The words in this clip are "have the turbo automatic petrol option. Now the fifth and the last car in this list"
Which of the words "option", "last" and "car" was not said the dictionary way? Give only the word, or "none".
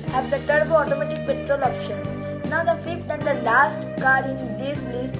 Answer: none